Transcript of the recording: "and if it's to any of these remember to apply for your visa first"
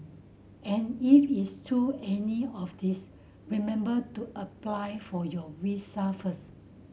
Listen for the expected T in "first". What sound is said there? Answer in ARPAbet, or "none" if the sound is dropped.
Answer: none